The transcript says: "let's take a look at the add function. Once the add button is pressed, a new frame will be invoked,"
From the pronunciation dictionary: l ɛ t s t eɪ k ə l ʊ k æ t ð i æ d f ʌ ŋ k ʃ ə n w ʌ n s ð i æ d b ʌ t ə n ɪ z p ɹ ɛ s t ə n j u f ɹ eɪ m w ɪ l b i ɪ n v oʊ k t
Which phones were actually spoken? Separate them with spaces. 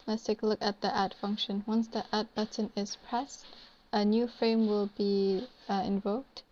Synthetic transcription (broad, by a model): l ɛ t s t eɪ k ə l ʊ k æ t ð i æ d f ʌ ŋ k ʃ ə n w ʌ n s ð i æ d b ʌ t ə n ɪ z p ɹ ɛ s t ə n j u f ɹ eɪ m w ɪ l b i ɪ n v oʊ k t